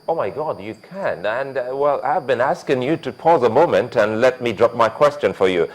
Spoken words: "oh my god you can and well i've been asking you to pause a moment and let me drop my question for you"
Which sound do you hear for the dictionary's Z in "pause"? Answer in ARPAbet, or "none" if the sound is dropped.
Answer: Z